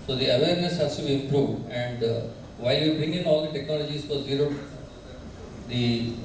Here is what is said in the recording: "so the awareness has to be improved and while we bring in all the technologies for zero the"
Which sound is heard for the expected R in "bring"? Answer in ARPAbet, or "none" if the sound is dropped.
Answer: none